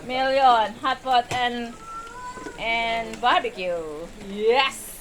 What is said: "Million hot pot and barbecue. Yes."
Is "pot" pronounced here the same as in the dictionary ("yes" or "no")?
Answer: no